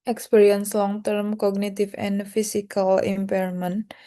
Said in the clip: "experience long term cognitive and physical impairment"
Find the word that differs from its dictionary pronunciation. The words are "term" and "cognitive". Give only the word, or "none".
cognitive